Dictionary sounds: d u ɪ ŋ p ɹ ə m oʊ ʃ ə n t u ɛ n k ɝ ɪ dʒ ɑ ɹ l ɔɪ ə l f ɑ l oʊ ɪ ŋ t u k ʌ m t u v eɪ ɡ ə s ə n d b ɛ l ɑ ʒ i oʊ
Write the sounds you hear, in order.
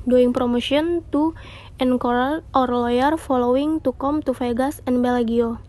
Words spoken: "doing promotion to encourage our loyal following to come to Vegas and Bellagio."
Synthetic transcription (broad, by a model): d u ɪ ŋ p ɹ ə m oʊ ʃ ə n t u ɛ n k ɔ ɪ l ɑ ɹ l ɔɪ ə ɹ f ɑ l oʊ ɪ ŋ t u k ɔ m t u f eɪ ɡ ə s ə n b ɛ l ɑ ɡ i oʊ